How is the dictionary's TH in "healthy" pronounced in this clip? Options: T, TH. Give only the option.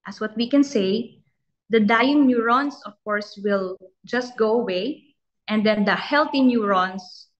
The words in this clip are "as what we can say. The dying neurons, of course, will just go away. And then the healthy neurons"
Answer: T